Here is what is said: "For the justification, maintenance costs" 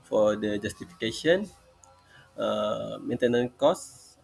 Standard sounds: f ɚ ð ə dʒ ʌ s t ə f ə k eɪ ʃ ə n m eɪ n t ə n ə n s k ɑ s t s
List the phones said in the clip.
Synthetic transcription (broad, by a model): f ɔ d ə dʒ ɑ s t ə f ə k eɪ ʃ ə n m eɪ n t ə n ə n k ɑ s s